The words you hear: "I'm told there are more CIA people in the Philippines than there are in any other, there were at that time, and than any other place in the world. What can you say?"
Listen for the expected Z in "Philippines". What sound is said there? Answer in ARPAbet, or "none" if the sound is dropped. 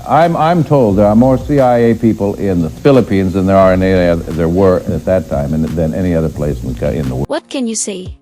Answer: Z